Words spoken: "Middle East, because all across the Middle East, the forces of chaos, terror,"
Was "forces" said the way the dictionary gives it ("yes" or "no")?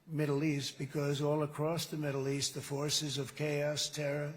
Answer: yes